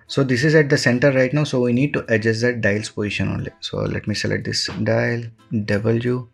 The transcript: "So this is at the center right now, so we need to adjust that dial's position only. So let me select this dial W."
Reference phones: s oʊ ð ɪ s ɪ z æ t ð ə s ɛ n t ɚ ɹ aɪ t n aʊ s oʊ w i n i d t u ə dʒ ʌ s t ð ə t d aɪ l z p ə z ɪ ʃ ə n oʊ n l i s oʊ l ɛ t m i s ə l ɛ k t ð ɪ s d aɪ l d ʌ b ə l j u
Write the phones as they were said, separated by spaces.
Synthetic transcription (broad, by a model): s oʊ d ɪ s ɪ z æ t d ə s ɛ n t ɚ ɹ aɪ t n aʊ s oʊ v i n i d t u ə dʒ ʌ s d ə t d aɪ l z p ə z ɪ ʃ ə n oʊ n l i s oʊ l ɛ t m i s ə l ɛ t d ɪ s d aɪ l d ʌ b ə l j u